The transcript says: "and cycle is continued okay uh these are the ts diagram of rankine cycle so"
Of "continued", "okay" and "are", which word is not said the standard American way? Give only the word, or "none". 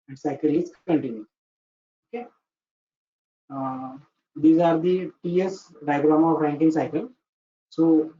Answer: continued